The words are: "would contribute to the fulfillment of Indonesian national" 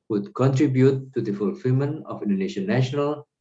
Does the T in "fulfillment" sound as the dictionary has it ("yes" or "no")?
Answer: no